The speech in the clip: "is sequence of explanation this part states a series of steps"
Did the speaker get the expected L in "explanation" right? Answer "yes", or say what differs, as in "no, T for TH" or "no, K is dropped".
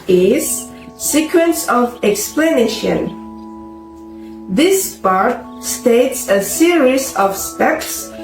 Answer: yes